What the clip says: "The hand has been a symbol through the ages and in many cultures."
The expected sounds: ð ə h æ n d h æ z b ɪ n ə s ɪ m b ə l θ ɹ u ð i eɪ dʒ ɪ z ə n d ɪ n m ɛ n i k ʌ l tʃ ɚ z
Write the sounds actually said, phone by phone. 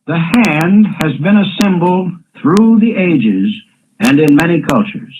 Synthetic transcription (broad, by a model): ð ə h æ n d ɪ z b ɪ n ə s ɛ m b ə l θ ɹ u ð i eɪ dʒ ɪ z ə n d ɪ n m ɛ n i k ʌ l tʃ ɚ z